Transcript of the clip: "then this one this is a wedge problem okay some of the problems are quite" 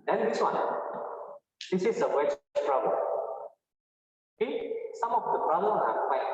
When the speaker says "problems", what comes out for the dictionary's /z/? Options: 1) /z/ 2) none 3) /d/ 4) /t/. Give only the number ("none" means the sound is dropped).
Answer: 2